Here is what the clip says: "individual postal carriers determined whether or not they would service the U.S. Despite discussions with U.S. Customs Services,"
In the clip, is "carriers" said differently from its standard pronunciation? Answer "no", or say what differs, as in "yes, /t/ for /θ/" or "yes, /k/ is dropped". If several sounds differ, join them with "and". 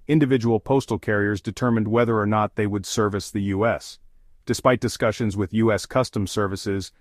no